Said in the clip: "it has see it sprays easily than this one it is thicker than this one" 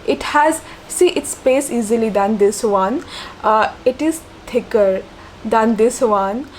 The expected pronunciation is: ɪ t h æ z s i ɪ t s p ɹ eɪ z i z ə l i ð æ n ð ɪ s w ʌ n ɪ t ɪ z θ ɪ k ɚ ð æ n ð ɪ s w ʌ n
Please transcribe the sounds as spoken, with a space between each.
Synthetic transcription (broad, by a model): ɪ t h æ z s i ɪ t s p eɪ s i z ə l i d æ n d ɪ s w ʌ n ɪ t ɪ z t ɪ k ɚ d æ n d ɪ s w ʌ n